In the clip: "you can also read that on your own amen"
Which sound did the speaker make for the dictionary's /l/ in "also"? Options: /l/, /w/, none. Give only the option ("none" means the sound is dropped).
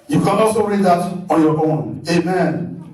none